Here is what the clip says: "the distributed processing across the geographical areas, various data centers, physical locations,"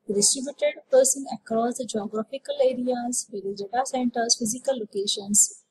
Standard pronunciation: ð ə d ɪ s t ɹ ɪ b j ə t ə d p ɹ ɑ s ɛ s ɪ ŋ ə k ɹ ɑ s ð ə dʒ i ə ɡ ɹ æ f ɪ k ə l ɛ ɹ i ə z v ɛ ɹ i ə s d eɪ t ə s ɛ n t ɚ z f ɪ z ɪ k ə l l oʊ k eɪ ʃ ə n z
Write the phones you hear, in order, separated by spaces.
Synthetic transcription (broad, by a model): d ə d ɪ s t ɹ ɪ b j ə t ə d p ʌ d s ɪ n ə k ɹ ɑ s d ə dʒ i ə ɡ ɹ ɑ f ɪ k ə l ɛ ɹ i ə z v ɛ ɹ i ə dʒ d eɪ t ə s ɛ n t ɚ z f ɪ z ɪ k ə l l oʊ k eɪ ʃ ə n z